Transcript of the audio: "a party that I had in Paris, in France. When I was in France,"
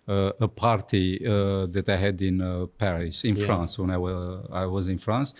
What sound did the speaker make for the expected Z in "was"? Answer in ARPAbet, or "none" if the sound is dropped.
Z